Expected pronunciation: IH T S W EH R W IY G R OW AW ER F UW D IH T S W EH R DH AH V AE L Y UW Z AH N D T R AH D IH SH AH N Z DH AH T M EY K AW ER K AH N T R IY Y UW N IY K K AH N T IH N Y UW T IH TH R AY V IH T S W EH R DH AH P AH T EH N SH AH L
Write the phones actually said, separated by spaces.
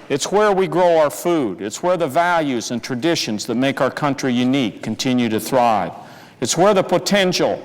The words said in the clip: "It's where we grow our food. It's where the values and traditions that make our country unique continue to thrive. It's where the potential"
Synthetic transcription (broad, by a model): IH T S W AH R W IY G R OW AW ER F UW D IH T S W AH R DH AH V AE L Y UW Z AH N T R AH D IH SH AH N Z DH AH T M EY K AW ER K AH N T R IY Y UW N IY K K AH N T IH N Y UW T IH TH R AY V IH T S W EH R DH AH P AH T EH N SH L